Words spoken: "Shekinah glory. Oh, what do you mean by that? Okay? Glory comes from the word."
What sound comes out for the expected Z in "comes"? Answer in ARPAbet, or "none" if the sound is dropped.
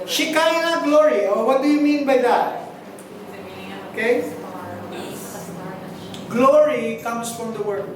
S